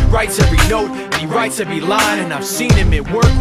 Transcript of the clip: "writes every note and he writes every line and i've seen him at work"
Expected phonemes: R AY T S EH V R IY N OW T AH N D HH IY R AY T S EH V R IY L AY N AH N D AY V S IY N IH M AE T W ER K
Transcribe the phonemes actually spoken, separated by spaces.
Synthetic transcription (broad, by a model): R AY T S EH V R IY N OW T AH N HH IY R AY T S EH V R IY L AY AH N AY V S IY N IH M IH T W ER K